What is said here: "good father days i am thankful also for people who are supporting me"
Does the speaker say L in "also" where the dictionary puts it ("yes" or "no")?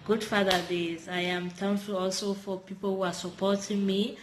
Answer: yes